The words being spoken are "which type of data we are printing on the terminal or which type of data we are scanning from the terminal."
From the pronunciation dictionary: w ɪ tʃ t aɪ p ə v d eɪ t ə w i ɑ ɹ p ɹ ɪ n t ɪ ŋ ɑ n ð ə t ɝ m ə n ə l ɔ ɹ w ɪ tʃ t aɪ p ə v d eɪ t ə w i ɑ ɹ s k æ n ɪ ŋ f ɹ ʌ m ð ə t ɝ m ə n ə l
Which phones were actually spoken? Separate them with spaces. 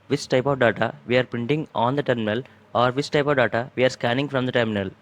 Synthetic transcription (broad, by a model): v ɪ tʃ t aɪ p ə v d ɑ t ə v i ɑ ɹ p ɪ n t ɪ ŋ ɑ n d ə t ɝ m ə n ə l ɔ ɹ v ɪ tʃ t aɪ p ə v d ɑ t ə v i ɑ ɹ s k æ n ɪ ŋ f ɹ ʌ m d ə t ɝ m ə n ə l